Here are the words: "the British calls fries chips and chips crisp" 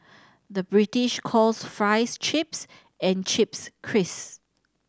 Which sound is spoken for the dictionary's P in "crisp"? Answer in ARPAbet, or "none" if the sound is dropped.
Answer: none